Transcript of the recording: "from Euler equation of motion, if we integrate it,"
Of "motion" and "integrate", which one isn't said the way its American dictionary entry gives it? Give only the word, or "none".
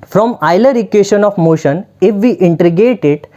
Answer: integrate